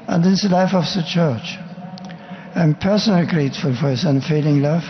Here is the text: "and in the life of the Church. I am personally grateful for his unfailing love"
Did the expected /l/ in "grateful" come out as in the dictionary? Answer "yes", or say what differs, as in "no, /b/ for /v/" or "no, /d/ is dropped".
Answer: yes